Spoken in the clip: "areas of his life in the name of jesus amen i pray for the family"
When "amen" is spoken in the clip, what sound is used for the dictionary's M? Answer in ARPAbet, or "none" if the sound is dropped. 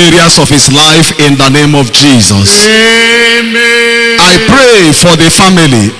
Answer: none